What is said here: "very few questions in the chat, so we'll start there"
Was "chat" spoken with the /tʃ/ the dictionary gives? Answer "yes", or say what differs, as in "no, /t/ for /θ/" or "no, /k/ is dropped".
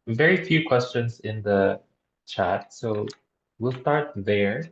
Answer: yes